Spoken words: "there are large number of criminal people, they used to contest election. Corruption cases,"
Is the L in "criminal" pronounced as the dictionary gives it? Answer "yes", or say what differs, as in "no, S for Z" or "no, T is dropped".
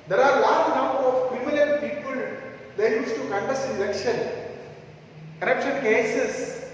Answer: no, N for L